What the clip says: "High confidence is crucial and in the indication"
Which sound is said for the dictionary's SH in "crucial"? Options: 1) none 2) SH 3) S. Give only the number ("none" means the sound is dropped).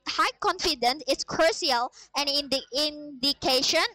1